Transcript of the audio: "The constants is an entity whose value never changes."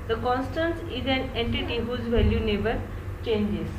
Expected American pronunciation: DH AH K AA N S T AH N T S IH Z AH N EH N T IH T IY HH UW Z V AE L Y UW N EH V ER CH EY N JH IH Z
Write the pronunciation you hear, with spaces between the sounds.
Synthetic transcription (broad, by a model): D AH K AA N S T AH N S IH Z AH N EH N T IH T IY HH UW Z V AE L Y UW N EH B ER CH EY N JH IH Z